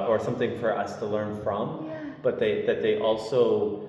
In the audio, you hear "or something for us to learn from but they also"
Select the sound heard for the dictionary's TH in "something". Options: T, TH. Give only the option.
TH